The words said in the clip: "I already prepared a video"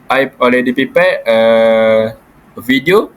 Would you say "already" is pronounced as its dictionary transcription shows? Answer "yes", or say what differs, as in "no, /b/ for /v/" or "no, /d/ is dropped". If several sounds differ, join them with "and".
no, /l/ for /ɹ/